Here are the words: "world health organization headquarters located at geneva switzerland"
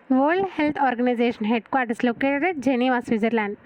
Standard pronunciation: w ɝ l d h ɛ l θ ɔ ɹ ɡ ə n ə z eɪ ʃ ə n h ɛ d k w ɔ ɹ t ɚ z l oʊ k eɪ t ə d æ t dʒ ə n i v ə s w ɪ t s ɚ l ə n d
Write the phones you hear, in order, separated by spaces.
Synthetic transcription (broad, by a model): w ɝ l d h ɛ l t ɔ ɹ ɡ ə n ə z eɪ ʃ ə n h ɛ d k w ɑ ɹ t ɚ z l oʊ k eɪ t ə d dʒ ə n i v ə s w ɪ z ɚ l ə n d